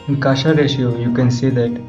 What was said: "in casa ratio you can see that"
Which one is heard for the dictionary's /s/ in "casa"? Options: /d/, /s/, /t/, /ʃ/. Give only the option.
/ʃ/